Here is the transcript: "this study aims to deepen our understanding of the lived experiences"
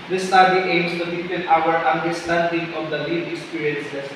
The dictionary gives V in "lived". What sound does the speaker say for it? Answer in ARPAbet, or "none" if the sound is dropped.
none